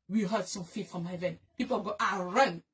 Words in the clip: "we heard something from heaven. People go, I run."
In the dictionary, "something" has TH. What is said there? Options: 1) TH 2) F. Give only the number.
2